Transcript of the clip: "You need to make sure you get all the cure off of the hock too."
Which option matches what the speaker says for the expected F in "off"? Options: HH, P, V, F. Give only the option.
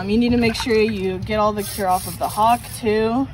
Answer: F